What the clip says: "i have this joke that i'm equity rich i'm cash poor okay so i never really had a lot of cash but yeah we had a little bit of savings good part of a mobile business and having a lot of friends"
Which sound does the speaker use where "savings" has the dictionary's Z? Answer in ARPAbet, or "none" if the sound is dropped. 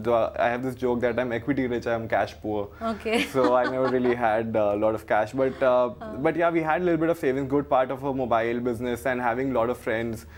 none